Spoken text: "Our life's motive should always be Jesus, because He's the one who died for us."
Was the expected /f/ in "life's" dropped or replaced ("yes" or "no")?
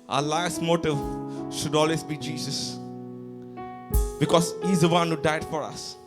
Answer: yes